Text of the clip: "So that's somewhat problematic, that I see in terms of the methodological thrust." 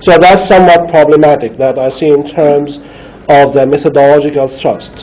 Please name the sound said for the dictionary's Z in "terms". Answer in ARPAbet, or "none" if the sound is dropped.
Z